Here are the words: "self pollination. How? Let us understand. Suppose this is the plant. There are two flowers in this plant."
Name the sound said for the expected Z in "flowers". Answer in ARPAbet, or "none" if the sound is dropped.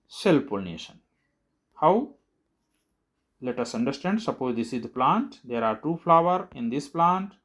none